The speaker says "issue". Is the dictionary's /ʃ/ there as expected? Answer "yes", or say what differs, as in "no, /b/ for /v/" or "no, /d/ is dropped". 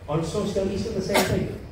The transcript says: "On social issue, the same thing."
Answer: no, /s/ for /ʃ/